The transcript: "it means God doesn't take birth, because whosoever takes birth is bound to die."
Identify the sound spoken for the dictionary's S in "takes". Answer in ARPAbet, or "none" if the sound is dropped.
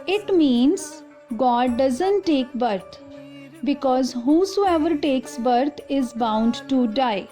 S